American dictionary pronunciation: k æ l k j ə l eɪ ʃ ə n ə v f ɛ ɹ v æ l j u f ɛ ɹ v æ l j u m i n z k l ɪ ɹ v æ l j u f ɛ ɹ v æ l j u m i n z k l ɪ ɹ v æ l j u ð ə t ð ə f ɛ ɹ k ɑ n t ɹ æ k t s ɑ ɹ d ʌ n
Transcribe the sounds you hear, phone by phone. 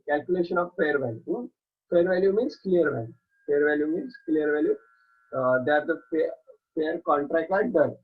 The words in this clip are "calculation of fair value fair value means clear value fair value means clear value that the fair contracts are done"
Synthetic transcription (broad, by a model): k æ l k j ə l eɪ ʃ ə n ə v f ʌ ɹ v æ l j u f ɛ ɹ v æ l j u m i n s k l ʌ ɹ v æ l j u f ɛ ɹ v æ l j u m i n s k l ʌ ɹ v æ l j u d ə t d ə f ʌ ɹ k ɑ n t ɹ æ k t ɑ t d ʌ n